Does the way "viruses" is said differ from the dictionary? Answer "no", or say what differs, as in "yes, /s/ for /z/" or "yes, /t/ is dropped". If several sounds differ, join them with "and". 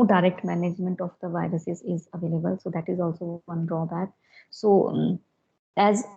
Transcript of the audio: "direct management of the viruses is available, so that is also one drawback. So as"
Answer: no